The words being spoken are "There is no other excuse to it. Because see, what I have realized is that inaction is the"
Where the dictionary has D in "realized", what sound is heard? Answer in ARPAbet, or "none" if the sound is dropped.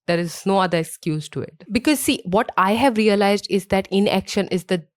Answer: D